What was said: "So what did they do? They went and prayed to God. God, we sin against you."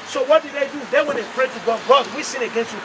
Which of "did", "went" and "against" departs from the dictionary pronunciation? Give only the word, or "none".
went